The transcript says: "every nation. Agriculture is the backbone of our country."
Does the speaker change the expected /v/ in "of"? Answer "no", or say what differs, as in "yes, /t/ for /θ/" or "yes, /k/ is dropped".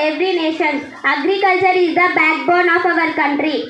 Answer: no